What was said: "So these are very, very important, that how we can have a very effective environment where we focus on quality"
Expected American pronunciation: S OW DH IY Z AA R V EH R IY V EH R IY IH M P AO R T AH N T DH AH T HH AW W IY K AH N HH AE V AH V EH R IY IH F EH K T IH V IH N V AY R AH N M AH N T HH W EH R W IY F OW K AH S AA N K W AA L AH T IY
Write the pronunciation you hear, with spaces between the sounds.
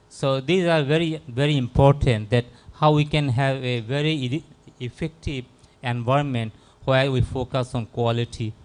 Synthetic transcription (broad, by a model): S OW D IY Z AA R V EH R IY V EH R IY IH M P AO R T AH N T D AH T HH AW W IY K AH N HH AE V AH V EH R IY IH F EH K T IH V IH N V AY AH N M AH N T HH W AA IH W IY F OW K AH S AA N K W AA L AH T IY